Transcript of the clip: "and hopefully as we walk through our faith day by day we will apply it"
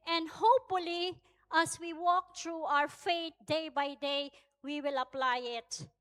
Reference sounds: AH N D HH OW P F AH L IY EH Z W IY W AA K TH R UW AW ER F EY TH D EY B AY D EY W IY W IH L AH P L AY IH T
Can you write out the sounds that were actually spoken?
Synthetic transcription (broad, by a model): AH N D HH OW P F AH L IY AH S W IY W AA K T R UW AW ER F EY T D EY B AY D EY W IY W IH L AH P L AY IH T